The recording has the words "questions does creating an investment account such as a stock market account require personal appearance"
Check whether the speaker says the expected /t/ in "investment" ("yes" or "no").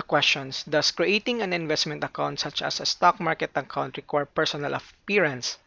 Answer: yes